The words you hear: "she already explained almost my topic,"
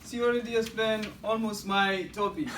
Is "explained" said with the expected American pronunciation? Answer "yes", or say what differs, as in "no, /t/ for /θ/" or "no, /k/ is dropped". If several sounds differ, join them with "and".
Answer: no, /k/ is dropped and /d/ is dropped